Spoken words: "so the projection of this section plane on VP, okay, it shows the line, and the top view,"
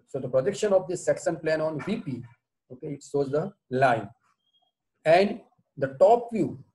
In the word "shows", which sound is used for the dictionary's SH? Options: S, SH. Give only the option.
S